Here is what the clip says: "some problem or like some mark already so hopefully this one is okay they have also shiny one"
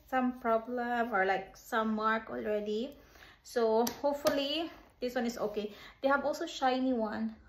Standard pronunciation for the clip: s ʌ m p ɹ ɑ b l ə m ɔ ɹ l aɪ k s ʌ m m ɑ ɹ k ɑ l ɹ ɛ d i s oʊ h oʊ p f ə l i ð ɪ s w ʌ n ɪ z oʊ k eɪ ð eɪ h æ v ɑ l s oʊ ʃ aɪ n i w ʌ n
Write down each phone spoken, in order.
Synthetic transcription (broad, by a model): s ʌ m p ɹ ɑ b l ə m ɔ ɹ l aɪ k s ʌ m m ɑ ɹ k ɑ l ɹ ɛ d i s oʊ h oʊ p f ə l i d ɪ s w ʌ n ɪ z oʊ k eɪ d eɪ h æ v ɑ l s oʊ ʃ aɪ n i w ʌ n